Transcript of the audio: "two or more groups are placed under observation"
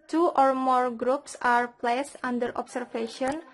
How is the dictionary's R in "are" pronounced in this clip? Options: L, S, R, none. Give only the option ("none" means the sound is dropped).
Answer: R